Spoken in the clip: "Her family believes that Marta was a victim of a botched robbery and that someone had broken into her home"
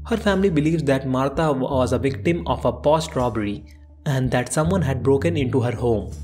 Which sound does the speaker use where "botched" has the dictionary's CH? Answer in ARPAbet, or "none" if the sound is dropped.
S